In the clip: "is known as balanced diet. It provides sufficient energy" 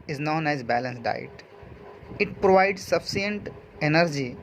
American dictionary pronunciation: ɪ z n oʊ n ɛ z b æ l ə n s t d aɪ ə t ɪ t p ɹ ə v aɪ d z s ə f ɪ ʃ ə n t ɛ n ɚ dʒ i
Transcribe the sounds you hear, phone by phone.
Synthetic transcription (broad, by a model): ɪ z n oʊ n ɛ z b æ l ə n s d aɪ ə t ɪ t p ɹ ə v aɪ d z s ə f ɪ ə n t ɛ n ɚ dʒ i